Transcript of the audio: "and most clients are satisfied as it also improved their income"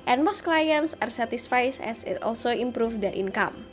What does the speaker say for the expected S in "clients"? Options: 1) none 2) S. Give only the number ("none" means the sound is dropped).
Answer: 2